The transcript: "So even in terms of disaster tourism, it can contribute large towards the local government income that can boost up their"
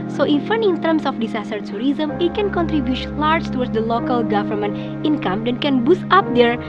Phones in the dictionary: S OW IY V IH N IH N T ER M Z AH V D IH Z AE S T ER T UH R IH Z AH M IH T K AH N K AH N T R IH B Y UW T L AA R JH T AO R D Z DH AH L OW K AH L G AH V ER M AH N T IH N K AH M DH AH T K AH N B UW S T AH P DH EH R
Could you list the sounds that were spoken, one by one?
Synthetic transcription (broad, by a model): S OW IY F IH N IH N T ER M S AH F D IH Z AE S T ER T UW R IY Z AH M IH T K AH N K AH N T R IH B Y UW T L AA R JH T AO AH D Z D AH L OW K AH L G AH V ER M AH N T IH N K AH M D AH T K AH N B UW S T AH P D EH R